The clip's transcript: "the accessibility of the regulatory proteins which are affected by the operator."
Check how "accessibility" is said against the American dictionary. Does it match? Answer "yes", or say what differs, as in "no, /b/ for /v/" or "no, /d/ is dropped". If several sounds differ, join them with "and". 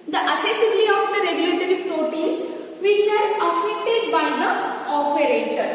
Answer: no, /k/ is dropped